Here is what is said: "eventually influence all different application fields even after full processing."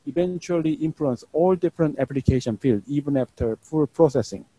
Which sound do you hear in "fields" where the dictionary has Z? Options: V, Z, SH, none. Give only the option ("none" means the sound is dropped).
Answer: none